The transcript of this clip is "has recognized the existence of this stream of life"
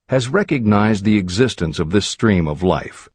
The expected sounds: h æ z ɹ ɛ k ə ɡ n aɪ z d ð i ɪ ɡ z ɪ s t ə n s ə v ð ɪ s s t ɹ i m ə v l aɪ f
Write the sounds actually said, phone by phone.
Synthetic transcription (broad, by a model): h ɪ z ɹ ɛ k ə ɡ n aɪ z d ð i ɪ ɡ z ɪ s t ə n s ə v ð ɪ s s t ɹ i m ə v l aɪ f